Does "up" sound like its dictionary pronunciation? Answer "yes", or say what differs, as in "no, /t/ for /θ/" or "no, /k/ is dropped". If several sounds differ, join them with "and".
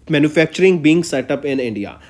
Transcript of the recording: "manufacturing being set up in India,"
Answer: yes